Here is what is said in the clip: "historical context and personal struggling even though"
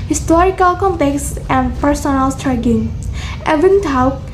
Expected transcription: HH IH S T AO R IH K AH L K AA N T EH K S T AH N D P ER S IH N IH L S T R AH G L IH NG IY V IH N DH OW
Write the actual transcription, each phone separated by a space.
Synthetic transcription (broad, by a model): HH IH S T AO R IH K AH L K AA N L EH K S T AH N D P ER S IH N IH L S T R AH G IH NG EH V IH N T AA